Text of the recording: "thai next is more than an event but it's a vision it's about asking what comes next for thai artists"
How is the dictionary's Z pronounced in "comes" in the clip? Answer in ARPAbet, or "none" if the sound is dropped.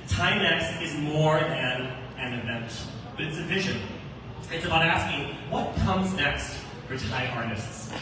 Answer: Z